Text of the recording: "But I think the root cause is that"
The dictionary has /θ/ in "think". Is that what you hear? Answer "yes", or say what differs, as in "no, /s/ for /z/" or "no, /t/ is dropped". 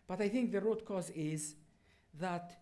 yes